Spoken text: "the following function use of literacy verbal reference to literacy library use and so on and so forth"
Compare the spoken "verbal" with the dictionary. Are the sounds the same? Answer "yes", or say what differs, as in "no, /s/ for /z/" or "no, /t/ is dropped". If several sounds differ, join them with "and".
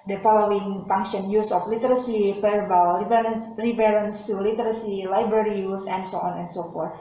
no, /f/ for /v/